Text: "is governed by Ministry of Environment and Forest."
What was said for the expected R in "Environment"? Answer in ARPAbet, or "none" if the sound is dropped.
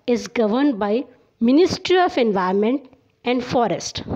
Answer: none